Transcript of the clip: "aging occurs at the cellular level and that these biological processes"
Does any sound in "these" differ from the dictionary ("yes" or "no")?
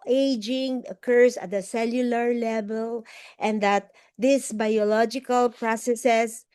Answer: yes